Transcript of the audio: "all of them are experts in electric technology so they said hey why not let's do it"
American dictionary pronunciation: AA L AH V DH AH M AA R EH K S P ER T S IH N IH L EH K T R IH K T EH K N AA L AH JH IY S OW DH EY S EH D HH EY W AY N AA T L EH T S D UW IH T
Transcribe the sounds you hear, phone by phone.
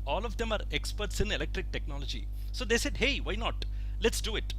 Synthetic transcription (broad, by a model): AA L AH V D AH M AA R EH K S P ER T S IH N IH L EH K T R IH K T EH K N AA L AH JH IY S OW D EY S EH D HH EY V AY N AA T L EH T S D UW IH T